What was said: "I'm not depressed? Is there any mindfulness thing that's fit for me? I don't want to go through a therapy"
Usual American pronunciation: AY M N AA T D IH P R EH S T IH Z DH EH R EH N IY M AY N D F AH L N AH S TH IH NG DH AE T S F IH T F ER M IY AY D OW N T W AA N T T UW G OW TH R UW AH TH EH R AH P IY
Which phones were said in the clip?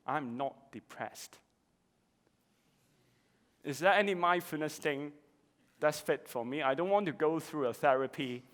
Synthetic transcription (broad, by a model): AY M N AA T D IH P R EH S T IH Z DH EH EH N IY M AY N F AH N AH S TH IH NG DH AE T S F IH T F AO M IY AY D OW N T W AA N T T UW G OW TH R UW AH TH EH R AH P IY